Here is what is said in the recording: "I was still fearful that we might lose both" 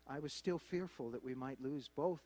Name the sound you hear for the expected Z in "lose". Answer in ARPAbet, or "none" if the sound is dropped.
Z